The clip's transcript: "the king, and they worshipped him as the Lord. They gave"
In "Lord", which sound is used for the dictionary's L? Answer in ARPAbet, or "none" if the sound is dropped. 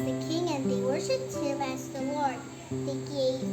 W